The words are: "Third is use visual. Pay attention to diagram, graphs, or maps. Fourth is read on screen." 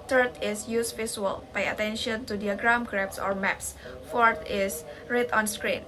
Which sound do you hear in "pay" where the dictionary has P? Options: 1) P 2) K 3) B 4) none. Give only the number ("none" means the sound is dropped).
3